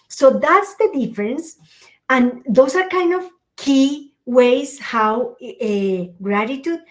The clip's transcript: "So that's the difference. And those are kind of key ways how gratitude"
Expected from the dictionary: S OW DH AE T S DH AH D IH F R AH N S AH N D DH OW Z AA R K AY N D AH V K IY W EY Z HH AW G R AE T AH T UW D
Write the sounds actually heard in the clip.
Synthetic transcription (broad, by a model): S OW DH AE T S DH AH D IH F R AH N S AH N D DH OW S AA R K AY N D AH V K IY W EY S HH AW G R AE T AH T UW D